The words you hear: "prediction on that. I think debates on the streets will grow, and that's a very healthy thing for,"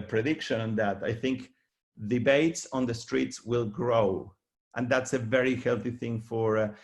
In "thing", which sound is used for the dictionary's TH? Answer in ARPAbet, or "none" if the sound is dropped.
TH